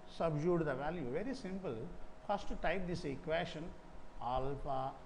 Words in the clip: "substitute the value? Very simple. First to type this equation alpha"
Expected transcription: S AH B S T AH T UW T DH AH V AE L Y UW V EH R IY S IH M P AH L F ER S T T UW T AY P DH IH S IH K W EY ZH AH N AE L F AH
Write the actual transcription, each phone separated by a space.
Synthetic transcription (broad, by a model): S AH B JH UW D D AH V AE L Y UW V EH R IY S IH M P AH L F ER S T T UW T AY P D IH S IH K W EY SH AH N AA L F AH